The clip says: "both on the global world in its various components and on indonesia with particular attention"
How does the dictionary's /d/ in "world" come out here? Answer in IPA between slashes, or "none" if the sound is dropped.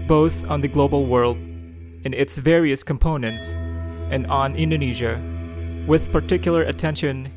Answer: /d/